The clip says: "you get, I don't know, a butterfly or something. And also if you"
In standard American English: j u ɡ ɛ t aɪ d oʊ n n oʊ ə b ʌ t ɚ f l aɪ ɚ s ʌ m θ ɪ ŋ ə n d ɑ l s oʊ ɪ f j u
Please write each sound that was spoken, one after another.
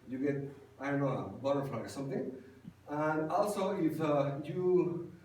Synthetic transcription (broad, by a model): j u ɡ ɛ t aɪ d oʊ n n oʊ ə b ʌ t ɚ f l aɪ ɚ s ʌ m t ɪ ŋ ə n d ɑ l s oʊ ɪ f j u